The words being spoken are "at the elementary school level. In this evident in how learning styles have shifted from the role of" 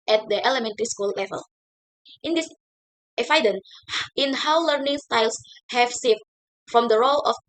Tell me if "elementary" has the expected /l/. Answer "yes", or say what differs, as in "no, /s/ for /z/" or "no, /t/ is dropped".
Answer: yes